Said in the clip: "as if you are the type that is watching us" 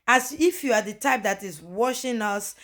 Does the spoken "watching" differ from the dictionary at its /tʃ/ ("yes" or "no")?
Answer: yes